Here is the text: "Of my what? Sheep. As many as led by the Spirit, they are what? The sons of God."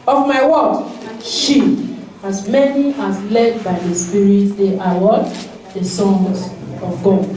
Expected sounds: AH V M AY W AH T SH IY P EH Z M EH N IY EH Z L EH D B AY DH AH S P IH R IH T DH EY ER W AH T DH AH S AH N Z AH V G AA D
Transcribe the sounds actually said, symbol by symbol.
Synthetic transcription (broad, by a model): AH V M AY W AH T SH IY AA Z M EH N IY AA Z L EH D B AY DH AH S P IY R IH T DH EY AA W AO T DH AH S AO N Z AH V G AA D